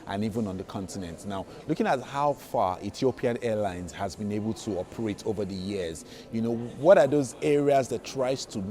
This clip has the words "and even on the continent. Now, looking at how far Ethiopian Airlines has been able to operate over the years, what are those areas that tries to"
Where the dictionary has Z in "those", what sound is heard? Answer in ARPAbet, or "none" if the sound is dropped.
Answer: Z